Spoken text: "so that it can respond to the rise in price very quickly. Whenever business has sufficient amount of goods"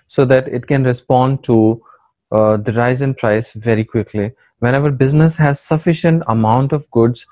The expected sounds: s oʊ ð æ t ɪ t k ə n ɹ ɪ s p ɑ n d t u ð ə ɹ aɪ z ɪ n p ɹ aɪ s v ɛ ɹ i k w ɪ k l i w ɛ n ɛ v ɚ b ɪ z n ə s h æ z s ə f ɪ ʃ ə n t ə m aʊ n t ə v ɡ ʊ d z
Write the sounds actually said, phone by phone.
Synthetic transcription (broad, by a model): s oʊ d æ t ɪ t k ə n ɹ ɪ s p ɑ n d t u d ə ɹ aɪ z ɪ n p ɹ aɪ s v ɛ ɹ i k w ɪ k l i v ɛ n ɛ v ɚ b ɪ z n ə s h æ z s ə f ɪ ʃ ə n t ə m aʊ n t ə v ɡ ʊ d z